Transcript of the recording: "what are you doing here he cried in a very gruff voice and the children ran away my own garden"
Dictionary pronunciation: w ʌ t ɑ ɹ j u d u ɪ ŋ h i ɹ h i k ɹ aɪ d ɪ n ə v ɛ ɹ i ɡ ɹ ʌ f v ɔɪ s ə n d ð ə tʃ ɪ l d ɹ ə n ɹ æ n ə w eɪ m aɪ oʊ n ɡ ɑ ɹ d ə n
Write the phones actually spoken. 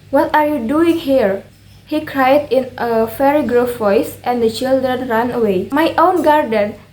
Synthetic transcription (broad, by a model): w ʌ t ɑ ɹ j u d u ɪ ŋ h i ɹ h i k ɹ aɪ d ɪ n ə f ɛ ɹ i ɡ ɹ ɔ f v ɔɪ s ə n d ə tʃ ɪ l d ɹ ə n ɹ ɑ n ə w eɪ m aɪ oʊ n ɡ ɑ ɹ d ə n